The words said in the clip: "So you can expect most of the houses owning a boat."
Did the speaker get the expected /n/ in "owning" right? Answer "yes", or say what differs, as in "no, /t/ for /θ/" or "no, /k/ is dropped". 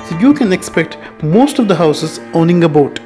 yes